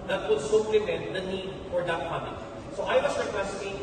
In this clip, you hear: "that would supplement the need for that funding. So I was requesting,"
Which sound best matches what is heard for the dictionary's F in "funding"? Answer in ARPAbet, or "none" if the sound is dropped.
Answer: P